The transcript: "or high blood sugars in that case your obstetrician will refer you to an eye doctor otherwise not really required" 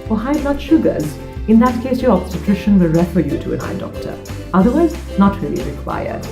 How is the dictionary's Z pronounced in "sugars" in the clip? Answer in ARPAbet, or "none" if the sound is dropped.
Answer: Z